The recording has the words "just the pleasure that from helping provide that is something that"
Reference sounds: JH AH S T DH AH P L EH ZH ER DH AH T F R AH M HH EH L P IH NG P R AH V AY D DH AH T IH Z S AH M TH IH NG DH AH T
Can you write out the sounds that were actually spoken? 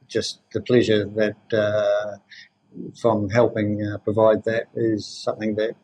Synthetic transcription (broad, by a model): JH AH S T DH AH P L EH ZH ER DH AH T F R AH M HH EH L P IH NG P R AH V AY D DH AH T IH Z S AH M TH IH NG DH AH T